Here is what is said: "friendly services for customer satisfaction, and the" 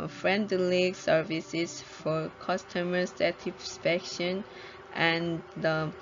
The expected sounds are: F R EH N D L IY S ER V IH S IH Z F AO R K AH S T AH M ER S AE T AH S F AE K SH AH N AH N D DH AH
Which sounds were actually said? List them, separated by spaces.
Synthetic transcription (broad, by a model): F R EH N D L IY S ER V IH S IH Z F AO R K AH S T AH M ER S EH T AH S P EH K SH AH N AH N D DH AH